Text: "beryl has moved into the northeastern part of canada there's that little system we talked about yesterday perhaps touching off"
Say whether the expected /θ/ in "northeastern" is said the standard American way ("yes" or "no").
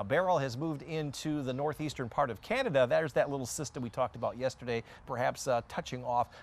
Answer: yes